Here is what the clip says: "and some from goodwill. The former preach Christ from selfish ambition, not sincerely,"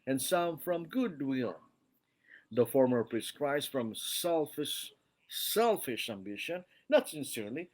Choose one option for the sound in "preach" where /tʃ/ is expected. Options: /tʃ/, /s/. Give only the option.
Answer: /s/